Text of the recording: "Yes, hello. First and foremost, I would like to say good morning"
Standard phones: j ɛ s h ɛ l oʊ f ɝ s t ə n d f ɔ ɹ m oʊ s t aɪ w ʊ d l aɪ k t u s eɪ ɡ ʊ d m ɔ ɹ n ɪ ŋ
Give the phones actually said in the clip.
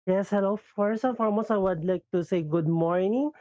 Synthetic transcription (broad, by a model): j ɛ s h ɛ l oʊ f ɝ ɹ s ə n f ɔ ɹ m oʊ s aɪ w ʊ d l aɪ k t u s eɪ ɡ ʊ d m ɔ ɹ n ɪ ŋ